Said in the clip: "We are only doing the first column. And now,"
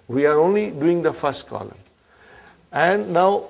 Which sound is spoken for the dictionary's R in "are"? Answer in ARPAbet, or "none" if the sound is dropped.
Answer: R